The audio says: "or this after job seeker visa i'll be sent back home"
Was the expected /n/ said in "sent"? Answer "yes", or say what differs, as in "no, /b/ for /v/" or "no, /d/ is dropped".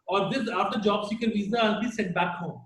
no, /n/ is dropped